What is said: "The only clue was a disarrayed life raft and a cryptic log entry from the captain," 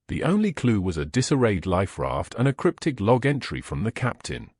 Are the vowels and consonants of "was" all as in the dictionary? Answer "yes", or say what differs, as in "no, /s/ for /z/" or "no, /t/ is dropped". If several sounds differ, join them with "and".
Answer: yes